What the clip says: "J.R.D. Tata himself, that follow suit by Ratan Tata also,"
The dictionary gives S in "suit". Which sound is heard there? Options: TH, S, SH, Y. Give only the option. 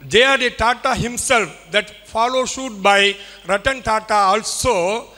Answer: SH